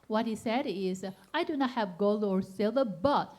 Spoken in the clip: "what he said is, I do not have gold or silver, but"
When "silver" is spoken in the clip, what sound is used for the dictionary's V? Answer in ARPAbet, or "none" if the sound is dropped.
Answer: none